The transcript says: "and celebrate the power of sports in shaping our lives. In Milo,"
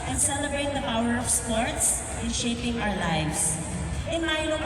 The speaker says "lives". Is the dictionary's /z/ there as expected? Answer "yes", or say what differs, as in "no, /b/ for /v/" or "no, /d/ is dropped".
no, /s/ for /z/